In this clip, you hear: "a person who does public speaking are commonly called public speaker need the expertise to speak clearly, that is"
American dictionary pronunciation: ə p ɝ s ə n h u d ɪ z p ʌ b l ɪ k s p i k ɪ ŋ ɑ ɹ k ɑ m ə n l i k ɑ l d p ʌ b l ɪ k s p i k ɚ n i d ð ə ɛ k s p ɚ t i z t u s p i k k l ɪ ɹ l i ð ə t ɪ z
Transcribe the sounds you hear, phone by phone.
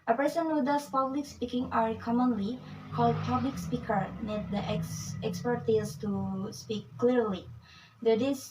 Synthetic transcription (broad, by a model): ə p ɝ s ə n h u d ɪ s p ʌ b l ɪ k s p i k ɪ ŋ ɑ ɹ k ɑ m ə n l i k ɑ l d p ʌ b l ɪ k s p i k ɚ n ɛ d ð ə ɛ k s p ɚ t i s t u s p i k k l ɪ ɹ l i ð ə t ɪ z